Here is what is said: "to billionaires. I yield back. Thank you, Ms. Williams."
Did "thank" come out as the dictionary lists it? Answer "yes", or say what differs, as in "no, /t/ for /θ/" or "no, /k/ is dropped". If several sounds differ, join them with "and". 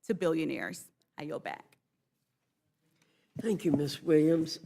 yes